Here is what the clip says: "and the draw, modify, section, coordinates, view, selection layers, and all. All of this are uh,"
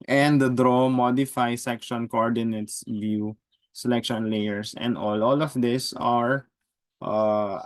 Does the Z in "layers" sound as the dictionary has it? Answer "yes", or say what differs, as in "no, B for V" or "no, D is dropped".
no, S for Z